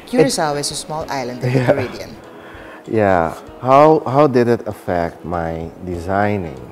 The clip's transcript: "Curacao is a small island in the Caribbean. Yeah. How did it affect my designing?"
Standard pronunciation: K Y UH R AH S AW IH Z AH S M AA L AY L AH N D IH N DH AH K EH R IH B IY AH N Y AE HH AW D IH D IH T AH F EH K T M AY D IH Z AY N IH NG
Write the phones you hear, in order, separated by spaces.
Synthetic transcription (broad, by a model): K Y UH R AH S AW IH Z AH S M AA L AY L AH N D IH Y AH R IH IY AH N Y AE HH AW D IH D IH T AH F EH K T M AY D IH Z AY N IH NG